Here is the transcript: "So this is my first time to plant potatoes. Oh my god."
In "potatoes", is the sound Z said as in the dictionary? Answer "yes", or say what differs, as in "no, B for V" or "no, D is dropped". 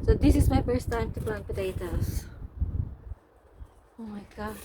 no, S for Z